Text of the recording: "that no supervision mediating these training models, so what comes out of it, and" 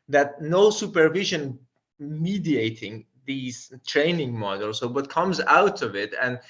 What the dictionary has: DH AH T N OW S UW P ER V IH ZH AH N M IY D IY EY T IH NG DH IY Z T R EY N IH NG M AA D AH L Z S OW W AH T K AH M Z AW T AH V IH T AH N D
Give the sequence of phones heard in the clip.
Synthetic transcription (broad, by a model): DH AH T N OW S UW P ER V IH ZH AH N M IY D IY EY T IH NG DH IY Z T R EY N IH NG M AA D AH L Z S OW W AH T K AH M Z AW T AH V IH T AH N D